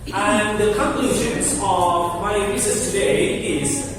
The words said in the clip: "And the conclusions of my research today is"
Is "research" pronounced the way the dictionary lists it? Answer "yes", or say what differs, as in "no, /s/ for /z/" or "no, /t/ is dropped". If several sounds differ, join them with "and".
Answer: no, /s/ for /tʃ/